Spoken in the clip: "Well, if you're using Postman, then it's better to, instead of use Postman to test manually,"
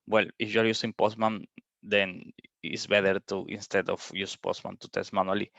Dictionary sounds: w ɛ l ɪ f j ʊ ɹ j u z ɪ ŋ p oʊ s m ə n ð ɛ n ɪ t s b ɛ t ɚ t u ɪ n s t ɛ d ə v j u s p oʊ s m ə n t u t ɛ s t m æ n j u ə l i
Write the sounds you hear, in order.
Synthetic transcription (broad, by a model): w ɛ l ɪ f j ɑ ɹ j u s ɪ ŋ p oʊ s m ə n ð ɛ n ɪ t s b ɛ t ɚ t u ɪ n s t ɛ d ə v j u s p oʊ s m ə n t u t ɛ s t m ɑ n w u l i